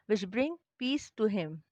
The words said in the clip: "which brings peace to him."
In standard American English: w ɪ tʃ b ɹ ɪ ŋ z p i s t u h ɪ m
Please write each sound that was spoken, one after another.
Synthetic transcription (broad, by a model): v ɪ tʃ b ɹ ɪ ŋ p i s t u h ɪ m